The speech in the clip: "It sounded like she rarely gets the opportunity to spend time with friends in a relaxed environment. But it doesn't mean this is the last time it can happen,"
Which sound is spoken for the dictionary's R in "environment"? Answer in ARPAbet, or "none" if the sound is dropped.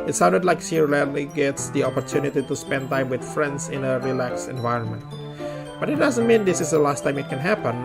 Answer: R